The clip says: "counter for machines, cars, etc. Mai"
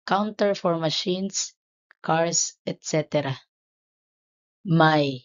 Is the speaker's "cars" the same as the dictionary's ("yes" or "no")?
no